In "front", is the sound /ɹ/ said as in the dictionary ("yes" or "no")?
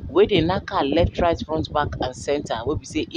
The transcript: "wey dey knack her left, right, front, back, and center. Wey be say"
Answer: no